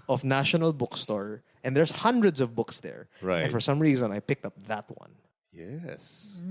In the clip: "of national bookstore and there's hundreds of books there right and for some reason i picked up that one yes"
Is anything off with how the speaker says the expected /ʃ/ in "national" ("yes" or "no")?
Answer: no